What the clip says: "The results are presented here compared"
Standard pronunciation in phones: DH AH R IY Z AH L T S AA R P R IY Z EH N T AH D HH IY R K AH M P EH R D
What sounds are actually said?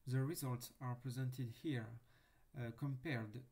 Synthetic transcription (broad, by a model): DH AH R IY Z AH L T S AA R P R IY Z EH N T AH D HH IY R K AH M P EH R D